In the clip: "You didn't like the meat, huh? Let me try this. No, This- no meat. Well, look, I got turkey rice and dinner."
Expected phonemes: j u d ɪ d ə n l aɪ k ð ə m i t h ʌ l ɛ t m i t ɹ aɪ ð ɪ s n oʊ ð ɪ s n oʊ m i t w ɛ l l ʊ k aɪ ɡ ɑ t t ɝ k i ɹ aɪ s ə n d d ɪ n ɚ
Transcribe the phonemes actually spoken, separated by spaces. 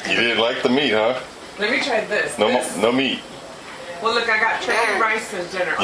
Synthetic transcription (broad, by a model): j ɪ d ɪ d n l aɪ k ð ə m i t h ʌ l ɛ t m i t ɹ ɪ ð ɪ s n oʊ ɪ n oʊ m i t w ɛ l l ʊ k aɪ ɡ ɑ t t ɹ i ɹ aɪ s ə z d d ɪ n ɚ